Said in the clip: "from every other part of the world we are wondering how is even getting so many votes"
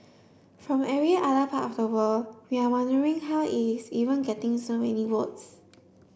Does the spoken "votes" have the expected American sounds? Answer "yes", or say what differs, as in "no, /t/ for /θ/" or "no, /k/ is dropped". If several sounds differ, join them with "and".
no, /w/ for /v/